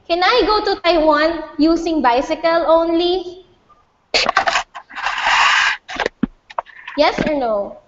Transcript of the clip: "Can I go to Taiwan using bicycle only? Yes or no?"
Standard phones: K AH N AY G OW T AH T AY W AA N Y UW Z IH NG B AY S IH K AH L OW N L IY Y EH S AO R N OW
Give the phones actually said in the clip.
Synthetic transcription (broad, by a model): K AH N AY G OW T AH T AY W AA N Y UW S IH NG B AY S IH K AH L OW N L IY Y EH S AO R N OW